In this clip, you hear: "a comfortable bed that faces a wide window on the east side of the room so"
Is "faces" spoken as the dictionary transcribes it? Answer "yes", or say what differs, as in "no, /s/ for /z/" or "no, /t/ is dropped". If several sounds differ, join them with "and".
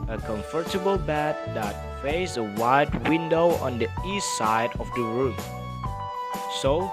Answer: no, /s/ is dropped